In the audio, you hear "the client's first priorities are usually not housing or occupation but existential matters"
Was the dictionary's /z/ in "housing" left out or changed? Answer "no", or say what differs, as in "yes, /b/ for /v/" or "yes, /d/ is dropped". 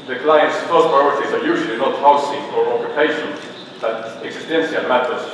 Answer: yes, /s/ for /z/